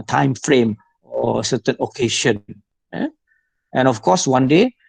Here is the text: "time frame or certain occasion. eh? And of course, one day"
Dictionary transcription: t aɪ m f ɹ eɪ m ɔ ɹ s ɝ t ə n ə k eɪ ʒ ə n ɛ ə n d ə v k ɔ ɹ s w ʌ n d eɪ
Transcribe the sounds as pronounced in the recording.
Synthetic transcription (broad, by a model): t aɪ m f ɹ eɪ m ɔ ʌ s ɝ t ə n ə k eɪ ʃ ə n ɛ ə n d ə f k ɔ s w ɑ n d eɪ